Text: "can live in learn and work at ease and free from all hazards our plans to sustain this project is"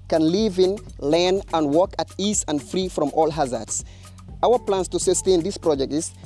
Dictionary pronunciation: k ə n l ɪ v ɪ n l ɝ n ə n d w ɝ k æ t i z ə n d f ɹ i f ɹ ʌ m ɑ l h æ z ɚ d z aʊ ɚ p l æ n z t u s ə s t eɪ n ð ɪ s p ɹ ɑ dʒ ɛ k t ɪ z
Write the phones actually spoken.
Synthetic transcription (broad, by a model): k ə n l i v ɪ n l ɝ n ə n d w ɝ k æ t i s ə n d f ɹ i f ɹ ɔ m ɑ l h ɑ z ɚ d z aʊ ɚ p l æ n s t u s ə s t eɪ n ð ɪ s p ɹ ɑ dʒ ɛ k t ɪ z